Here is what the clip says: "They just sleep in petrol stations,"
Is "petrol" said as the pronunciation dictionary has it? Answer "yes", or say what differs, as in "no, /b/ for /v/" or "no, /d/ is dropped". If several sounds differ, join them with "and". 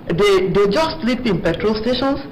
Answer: yes